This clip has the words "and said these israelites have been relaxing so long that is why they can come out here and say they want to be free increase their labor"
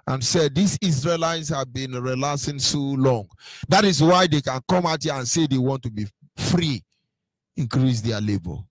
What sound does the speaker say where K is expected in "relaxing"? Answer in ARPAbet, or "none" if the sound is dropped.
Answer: none